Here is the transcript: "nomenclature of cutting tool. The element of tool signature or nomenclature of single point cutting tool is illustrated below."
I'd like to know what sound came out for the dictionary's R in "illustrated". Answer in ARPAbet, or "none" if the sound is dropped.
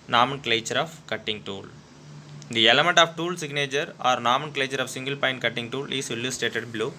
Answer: none